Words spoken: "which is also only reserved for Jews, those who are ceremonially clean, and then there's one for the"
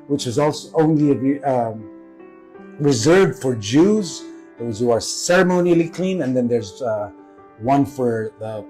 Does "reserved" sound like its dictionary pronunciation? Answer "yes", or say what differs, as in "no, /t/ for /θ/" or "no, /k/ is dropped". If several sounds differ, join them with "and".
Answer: yes